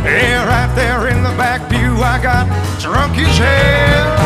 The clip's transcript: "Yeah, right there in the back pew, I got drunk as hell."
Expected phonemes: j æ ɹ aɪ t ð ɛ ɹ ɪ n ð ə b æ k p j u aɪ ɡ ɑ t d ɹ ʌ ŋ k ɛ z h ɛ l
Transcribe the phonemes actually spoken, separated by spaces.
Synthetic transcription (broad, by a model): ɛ ɹ aɪ t ð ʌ ɹ ɪ n ð ə b æ k b j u aɪ ɡ ɑ t d ɹ ʌ ŋ k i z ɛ